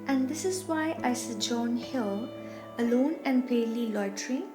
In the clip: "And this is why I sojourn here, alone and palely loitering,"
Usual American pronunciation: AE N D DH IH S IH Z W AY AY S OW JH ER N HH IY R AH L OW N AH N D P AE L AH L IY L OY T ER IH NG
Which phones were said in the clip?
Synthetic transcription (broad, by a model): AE N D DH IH S IH Z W AY AY S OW JH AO N HH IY L AH L OW N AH N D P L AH L IY L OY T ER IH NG